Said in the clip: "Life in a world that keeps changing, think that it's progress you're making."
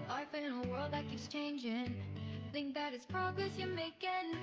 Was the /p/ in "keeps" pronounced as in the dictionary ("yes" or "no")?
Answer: no